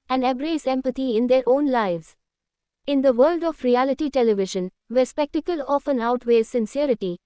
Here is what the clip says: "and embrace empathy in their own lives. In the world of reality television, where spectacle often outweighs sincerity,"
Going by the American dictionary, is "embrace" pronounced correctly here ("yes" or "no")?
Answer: no